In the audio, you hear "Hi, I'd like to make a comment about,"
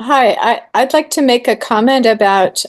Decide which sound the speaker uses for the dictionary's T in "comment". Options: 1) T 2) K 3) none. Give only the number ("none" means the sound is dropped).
1